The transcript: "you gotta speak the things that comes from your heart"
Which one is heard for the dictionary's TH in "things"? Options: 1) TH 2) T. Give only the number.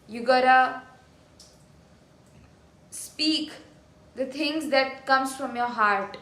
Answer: 2